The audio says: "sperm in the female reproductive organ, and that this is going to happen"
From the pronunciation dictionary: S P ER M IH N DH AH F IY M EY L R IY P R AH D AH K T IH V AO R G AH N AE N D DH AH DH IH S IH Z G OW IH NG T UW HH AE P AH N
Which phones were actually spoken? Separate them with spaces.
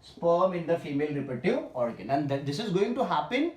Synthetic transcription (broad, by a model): S P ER M IH N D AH F IY M EY L R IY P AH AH T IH AO R G AH N AE N D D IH S IH Z G OW IH NG T UW HH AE P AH N